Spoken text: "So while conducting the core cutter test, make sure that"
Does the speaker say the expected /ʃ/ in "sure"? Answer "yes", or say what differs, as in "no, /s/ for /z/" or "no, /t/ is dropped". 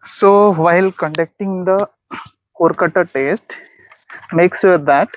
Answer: no, /s/ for /ʃ/